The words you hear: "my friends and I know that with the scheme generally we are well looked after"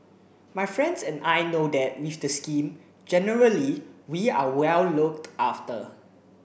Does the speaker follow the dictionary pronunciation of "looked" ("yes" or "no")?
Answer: yes